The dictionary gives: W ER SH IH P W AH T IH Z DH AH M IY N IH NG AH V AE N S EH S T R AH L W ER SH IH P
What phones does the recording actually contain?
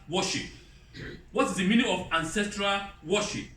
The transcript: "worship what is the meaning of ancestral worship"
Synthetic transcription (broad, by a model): W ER SH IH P W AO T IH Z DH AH M IY N IH NG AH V AE N S EH S T R AH L W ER SH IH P